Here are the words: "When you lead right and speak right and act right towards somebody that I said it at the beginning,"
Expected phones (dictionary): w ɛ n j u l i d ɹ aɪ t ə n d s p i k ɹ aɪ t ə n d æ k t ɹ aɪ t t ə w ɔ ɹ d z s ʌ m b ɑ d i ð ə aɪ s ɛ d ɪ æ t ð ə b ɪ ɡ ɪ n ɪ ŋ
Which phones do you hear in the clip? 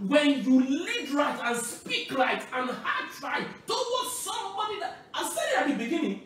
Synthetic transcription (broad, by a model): w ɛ n j u l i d ɹ aɪ t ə n s p i k l aɪ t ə n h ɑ t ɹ aɪ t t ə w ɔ s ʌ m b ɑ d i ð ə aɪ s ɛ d ɪ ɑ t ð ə b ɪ ɡ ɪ n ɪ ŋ